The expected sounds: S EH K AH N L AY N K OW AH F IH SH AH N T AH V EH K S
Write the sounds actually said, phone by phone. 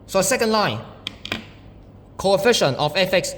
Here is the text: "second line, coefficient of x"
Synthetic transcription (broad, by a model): S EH K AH N L AY N K OW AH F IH SH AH N T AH F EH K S